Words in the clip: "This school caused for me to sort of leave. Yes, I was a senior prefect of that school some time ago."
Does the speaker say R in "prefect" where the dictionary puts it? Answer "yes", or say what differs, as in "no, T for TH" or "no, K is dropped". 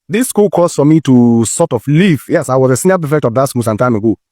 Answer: no, R is dropped